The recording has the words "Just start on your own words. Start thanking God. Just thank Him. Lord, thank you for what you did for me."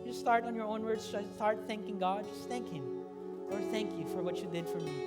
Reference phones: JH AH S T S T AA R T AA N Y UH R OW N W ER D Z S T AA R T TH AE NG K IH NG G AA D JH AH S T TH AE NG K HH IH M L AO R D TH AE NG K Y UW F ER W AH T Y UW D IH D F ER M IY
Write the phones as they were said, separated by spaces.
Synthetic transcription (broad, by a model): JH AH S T S T AA R T N Y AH R OW N W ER D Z S T AA R T TH AE NG K IH NG G AA D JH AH S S TH AE NG K HH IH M L AO R D TH AE NG K Y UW F ER W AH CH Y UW D IH D F ER M IY